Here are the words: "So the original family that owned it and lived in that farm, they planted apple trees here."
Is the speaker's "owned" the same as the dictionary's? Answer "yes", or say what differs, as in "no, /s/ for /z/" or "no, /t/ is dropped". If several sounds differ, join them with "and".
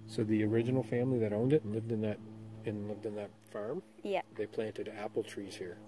yes